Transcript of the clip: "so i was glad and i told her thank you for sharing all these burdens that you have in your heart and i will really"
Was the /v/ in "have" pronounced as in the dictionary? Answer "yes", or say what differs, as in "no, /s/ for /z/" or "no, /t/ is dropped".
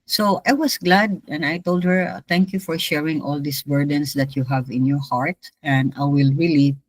yes